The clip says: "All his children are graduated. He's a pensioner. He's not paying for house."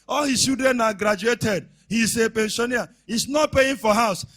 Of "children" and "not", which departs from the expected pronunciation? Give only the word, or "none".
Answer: children